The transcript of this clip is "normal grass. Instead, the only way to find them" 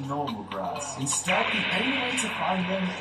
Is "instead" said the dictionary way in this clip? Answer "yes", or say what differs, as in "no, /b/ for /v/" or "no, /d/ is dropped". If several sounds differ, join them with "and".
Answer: no, /n/ is dropped